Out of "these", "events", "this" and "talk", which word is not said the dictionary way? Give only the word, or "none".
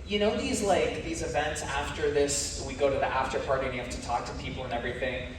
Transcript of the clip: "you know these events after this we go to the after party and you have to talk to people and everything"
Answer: none